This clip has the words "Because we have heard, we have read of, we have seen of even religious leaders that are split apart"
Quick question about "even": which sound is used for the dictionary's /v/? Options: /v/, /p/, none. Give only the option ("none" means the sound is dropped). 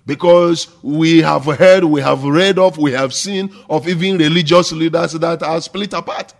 /v/